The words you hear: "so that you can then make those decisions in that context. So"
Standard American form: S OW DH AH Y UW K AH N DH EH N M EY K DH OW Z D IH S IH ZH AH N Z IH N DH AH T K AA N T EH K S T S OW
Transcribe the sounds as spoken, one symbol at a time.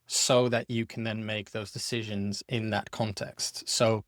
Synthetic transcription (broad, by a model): S OW DH AH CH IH K AH N DH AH N M EY K DH OW Z D IH S IH ZH AH N Z IH N DH AH T K AA N T EH K S T S OW